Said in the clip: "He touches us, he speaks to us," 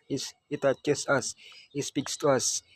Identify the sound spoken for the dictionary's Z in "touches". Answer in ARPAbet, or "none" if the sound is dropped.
S